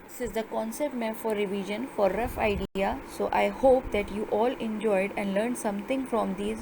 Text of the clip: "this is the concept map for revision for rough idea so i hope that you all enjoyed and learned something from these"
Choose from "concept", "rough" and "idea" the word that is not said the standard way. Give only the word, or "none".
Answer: none